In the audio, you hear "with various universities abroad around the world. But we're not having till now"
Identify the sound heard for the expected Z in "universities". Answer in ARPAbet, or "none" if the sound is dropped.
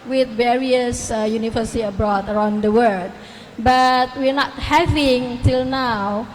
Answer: none